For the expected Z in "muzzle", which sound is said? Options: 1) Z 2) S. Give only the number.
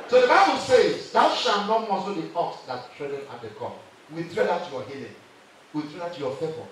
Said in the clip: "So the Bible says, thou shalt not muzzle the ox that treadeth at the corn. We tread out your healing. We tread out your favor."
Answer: 2